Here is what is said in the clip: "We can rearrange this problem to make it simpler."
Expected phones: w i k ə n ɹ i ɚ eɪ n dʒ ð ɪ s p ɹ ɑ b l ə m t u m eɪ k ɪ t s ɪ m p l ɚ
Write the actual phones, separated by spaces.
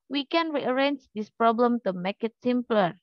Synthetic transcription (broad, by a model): w i k ə n ɹ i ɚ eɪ n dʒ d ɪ s p ɹ ɑ b l ə m t u m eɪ k ɪ t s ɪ m p l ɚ